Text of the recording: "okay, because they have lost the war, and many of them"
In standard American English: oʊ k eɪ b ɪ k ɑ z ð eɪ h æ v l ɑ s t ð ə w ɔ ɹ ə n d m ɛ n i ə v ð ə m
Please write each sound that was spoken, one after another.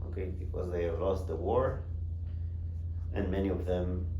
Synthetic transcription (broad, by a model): oʊ k eɪ b ɪ k ɑ z ð eɪ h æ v l ɑ s t ð ə w ɔ ɹ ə n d m ɛ n i ə v ð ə m